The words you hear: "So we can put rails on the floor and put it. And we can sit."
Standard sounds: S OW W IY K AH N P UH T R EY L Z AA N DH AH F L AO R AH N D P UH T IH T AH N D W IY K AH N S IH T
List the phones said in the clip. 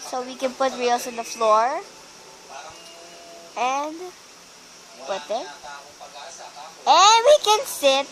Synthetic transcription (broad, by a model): S OW W IY K AH N P UH T R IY L S AA N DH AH F L AO R AH N D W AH T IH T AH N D W IY K AH N S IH T